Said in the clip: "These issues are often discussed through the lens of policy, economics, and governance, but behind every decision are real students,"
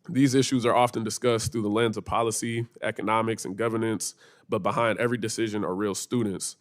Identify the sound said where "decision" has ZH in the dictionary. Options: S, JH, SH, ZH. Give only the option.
ZH